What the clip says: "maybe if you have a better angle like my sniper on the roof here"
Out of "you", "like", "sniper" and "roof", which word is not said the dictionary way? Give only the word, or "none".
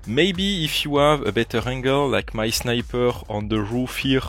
none